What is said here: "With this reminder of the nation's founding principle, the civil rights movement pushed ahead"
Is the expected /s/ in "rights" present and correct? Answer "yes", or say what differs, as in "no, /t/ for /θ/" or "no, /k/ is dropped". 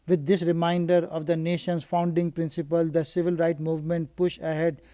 no, /s/ is dropped